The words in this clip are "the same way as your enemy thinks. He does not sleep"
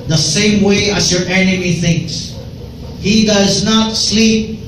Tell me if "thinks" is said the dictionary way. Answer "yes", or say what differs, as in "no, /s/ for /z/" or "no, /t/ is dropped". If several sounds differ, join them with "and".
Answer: yes